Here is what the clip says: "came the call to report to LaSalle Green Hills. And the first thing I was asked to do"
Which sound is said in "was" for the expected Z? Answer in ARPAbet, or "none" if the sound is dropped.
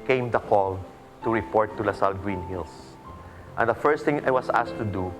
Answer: S